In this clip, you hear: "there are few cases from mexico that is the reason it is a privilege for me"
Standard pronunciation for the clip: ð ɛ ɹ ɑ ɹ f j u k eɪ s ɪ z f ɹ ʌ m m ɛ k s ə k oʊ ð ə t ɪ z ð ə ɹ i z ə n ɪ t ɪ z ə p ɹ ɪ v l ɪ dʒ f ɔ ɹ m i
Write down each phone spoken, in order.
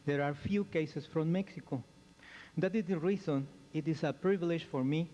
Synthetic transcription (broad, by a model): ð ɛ ɹ ɑ ɹ f j u k eɪ s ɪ s f ɹ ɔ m m ɛ k s ə k oʊ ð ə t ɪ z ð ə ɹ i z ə n ɪ t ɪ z ə p ɹ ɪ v l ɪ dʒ f ɔ ɹ m i